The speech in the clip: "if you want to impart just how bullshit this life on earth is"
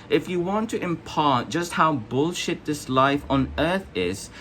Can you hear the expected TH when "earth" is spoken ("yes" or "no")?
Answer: yes